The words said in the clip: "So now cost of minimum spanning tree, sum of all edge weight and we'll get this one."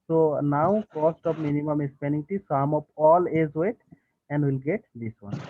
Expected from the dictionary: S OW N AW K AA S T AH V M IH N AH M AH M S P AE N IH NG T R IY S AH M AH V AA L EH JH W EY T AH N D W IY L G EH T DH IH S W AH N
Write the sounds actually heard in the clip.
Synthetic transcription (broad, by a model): S OW N AW K AA S T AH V M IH N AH M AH M S P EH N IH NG T IY S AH M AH P AA L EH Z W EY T AH N D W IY L G EH T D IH S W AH N